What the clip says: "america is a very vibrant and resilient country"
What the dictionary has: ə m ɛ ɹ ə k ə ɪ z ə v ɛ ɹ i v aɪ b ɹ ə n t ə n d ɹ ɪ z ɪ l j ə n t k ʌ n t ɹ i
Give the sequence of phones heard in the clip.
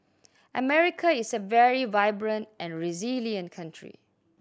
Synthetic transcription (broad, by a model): ə m ɛ ɹ ə k ə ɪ s ə v ɛ ɹ i v aɪ b ɹ ə n t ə n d ɹ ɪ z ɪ l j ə n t k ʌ n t ɹ i